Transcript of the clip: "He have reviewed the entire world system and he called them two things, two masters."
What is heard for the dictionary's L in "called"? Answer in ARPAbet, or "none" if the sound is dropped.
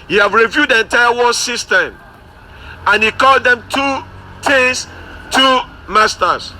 L